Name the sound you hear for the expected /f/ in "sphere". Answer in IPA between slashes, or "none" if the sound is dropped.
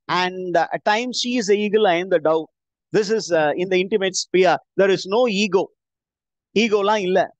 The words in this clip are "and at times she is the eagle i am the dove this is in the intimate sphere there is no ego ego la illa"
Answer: /p/